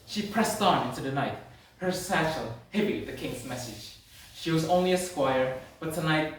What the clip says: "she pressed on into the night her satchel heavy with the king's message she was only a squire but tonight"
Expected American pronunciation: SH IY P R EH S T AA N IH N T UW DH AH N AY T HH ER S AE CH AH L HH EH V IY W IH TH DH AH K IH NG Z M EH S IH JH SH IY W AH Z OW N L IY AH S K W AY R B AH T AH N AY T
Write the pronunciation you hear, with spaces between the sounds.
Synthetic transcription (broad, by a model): SH IY P R EH S T N IH N T UW DH AH N AY T HH ER S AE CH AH L HH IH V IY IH DH AH K IH NG Z M EH S IH JH SH IY W AH Z OW N L IY AH S K W AY R B AH T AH N AY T